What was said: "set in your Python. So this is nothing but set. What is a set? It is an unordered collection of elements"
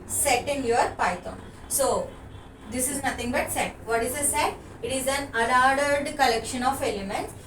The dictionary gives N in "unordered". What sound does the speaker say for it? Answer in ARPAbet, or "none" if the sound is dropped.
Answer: L